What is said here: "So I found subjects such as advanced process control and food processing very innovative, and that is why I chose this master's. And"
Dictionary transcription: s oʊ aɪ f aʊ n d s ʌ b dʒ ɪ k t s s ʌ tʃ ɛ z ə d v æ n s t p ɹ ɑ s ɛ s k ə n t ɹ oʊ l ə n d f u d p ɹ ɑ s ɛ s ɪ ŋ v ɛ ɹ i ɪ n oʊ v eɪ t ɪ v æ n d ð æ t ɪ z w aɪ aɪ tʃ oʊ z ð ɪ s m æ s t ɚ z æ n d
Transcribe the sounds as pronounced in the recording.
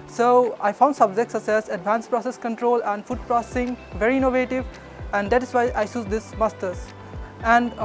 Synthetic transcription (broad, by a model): s oʊ aɪ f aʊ n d s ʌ b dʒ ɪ k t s s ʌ s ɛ s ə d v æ n s p ɹ ɑ s ɛ s k ə n t ɹ oʊ l ə n d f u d p ɹ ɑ s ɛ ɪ ŋ v ɛ ɹ i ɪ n oʊ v eɪ t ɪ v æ n d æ t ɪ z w aɪ aɪ s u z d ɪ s m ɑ s t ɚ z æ n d